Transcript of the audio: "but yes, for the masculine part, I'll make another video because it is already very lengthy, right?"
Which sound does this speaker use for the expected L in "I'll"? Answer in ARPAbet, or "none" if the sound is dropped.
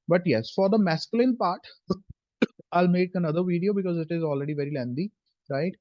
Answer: L